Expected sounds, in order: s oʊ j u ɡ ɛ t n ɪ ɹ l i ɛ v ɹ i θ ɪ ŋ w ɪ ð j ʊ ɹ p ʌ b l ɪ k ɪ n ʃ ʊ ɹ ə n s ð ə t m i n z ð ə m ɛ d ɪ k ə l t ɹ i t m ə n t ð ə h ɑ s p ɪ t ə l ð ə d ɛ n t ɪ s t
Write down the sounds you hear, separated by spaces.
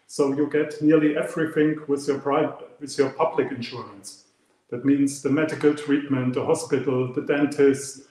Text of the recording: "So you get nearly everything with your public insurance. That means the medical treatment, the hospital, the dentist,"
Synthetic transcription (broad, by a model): s oʊ j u ɡ ɛ t n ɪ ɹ l i ɛ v ɹ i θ ɪ ŋ w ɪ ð j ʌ ɹ p ʌ b l ɪ k ɪ n ʃ ʊ ɹ ə n s ð ə t m i n z ð ə m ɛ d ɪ k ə l t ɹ i t m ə n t ð ə h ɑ s p ɪ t l ð ə d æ n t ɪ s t